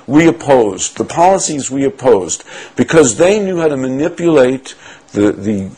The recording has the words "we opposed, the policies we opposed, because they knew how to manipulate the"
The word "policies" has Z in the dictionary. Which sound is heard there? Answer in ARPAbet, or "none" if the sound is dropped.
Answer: Z